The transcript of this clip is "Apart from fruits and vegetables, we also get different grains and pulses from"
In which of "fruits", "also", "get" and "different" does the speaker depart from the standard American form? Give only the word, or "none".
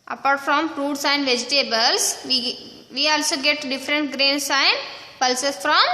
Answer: fruits